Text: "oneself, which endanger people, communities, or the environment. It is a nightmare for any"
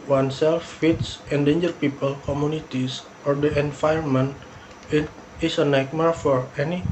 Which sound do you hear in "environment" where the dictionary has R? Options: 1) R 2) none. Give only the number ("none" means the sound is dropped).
2